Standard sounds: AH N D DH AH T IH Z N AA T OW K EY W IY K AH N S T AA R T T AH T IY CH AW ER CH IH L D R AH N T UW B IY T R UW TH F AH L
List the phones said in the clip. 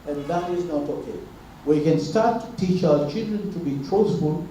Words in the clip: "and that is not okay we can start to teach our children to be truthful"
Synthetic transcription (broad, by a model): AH N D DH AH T IH Z N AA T OW K EY W IY K AH N S T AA R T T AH T IY CH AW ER CH IH L D R AH N T UW B IY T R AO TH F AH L